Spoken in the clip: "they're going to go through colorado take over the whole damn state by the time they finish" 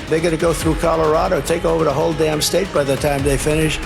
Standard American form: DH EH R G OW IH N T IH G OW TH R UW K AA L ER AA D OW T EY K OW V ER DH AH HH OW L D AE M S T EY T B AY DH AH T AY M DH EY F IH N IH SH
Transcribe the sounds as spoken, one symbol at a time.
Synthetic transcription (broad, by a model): DH EH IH G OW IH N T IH G OW TH R UW K AA L ER AA D OW T EY K OW V ER DH AH HH OW L D AE M S T EY T B AY DH AH T AY M DH EY F IH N IH SH